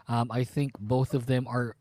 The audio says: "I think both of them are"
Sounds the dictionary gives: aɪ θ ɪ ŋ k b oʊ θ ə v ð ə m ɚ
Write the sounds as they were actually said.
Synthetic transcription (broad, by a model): aɪ θ ɪ ŋ k b oʊ θ ə v ð ə m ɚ